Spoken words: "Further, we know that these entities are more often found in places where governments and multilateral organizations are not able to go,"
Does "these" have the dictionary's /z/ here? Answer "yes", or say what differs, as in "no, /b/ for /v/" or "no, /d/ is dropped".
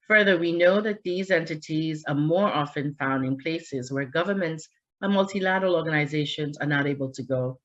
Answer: yes